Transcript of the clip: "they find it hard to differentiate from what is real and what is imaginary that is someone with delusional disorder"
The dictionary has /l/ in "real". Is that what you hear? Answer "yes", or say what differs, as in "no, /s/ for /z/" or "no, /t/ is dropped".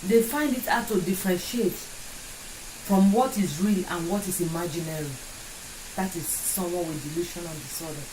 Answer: yes